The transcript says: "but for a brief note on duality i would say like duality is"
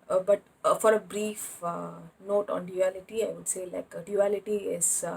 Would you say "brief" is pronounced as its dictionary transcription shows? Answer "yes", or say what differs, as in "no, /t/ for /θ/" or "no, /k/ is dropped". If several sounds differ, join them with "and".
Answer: yes